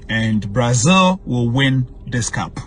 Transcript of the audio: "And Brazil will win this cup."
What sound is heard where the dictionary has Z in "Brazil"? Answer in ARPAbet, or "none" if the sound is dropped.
Z